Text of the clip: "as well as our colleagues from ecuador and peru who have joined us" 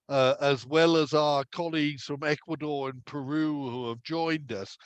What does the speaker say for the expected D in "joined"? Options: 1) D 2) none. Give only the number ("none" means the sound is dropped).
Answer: 1